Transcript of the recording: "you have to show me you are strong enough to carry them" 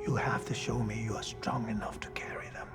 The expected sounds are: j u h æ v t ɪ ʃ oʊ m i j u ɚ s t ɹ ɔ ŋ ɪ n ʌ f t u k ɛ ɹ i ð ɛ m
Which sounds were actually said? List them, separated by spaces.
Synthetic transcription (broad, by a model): j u h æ f t ɪ ʃ oʊ m i j u ɚ s t ɹ ɔ ŋ ɪ n ʌ f t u k ɛ ɹ i ð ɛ m